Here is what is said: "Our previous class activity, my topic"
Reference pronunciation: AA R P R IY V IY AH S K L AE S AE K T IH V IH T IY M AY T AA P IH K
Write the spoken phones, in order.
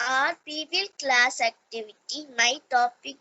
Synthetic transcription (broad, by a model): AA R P IY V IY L K L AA S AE K T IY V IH T IY M AY T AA P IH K